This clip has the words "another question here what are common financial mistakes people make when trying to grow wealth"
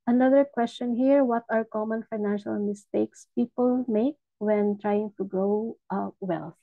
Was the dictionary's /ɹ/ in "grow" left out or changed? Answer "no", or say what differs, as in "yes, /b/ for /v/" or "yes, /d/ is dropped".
no